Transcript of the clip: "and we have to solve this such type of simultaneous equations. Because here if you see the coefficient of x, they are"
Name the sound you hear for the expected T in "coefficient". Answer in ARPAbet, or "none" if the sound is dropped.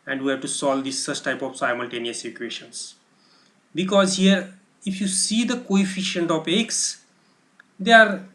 T